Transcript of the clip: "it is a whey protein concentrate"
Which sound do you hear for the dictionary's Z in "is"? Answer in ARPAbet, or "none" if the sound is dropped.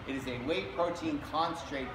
Z